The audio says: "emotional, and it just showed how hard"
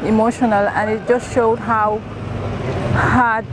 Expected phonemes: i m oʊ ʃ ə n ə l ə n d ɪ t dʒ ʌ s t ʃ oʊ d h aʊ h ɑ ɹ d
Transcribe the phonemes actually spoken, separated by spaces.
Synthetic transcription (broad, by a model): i m oʊ ʃ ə n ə l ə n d ɪ t dʒ ʌ s t ʃ oʊ d h aʊ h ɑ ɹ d